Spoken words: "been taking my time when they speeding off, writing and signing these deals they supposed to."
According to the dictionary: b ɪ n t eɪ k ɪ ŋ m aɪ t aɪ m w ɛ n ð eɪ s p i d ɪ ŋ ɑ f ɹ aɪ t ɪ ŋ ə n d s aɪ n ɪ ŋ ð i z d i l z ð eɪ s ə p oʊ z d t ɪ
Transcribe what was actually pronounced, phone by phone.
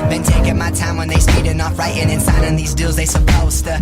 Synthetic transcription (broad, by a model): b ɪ n t eɪ k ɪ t m aɪ t aɪ m w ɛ n ð eɪ s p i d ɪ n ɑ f ɹ aɪ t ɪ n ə n s aɪ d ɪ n ð i z d i l z ð eɪ s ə p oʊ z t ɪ